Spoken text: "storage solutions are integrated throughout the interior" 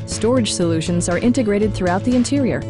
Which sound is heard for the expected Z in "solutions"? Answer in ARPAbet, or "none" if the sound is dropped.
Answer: Z